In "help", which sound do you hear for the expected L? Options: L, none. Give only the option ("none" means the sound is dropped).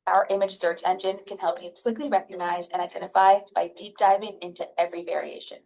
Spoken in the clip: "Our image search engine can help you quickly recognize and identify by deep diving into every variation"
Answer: L